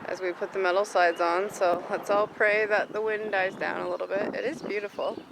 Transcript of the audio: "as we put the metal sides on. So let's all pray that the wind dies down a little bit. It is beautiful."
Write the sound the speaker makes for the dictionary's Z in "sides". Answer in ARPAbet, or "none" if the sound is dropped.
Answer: Z